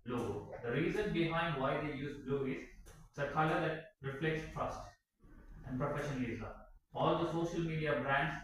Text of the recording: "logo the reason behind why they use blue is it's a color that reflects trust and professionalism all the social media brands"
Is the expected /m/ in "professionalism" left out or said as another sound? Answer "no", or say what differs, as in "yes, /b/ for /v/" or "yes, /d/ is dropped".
yes, /m/ is dropped